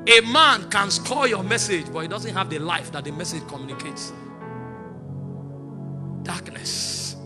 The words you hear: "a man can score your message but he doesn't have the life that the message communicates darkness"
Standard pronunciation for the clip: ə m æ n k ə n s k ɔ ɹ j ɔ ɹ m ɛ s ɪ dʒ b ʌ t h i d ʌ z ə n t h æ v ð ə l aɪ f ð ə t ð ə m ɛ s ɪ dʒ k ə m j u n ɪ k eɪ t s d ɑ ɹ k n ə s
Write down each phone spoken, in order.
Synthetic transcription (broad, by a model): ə m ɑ n k ə n s k ɔ j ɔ m ɛ s ɪ dʒ b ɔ t h i d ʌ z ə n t h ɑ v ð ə l aɪ f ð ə t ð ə m ɛ s ɪ dʒ k ə m j u n ɪ k eɪ t s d ɑ k n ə s